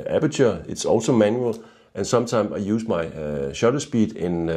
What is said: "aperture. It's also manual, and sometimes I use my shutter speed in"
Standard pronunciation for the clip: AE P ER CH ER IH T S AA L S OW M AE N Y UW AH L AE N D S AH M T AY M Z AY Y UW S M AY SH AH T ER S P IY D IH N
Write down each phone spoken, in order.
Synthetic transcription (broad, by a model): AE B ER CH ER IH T S AA L S OW M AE N Y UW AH L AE N S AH M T AY M S AY Y UW S M AY SH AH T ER S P IY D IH N